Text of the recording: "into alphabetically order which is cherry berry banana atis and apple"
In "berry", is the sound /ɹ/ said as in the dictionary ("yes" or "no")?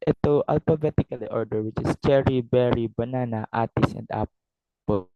yes